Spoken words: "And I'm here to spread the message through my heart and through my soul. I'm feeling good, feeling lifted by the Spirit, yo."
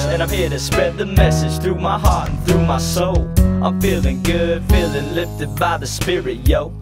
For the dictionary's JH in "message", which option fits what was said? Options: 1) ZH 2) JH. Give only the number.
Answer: 1